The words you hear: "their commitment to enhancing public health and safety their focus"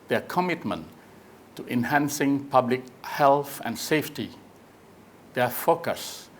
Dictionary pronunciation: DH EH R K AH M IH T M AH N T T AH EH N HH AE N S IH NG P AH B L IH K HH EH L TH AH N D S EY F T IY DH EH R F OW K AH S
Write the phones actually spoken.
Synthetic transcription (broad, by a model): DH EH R K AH M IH T M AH N T T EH N HH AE N S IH NG P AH B L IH K HH EH L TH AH N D S EY F T IY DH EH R F OW K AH S